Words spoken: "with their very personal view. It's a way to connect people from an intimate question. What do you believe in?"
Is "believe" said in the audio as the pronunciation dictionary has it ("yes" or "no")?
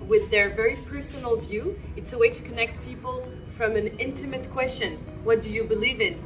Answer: yes